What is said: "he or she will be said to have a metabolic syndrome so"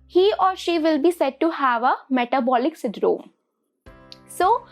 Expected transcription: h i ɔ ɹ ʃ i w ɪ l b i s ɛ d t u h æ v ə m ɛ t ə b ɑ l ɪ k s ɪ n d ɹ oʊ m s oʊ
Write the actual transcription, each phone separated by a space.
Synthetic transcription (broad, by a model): h i ɔ ɹ ʃ i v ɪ l b i s ɛ d t u h æ v ə m ɛ t ə b ɑ l ɪ k s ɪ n d ɹ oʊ m s oʊ